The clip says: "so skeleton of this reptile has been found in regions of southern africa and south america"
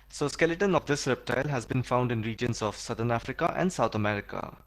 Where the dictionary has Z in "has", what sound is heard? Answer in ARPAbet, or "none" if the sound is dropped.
Z